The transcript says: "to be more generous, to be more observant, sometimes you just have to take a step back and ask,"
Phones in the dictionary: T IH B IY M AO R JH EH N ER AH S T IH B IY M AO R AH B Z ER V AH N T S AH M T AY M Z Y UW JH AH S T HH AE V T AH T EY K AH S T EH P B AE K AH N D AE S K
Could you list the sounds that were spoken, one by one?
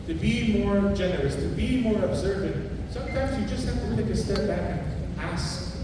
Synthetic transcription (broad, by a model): T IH B IY M AO R JH EH N ER AH S T IH B IY M AO R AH B Z ER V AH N S AH M T AY M Z Y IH JH AH S T HH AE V T AH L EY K AH S T EH P B AE K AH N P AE S